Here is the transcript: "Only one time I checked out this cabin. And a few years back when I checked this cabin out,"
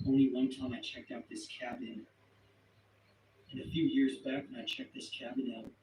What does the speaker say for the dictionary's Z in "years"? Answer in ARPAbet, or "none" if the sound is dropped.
Z